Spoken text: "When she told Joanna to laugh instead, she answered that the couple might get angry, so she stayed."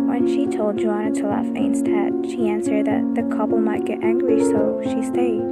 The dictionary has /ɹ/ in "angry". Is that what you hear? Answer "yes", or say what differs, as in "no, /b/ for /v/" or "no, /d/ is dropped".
no, /l/ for /ɹ/